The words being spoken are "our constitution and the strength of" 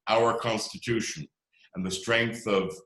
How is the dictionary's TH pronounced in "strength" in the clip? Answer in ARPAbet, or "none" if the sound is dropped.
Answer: TH